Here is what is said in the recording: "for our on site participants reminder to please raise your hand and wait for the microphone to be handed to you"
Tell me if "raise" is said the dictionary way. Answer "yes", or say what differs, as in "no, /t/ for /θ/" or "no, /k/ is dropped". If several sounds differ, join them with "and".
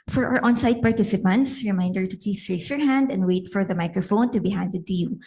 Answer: no, /s/ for /z/